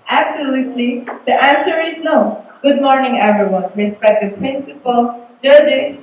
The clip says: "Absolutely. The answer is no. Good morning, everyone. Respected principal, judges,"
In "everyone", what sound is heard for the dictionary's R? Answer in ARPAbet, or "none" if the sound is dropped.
R